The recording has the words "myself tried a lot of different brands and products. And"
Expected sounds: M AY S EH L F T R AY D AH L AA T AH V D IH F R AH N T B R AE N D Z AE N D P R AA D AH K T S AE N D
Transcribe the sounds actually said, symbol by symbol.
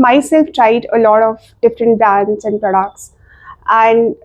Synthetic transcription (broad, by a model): M AY S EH L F T R AY D AH L AA T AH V D IH F R AH N T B AE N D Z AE N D P R AA D AH K T S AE N D